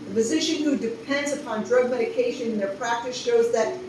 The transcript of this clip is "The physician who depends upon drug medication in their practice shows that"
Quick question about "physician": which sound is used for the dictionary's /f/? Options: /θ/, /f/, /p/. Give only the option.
/p/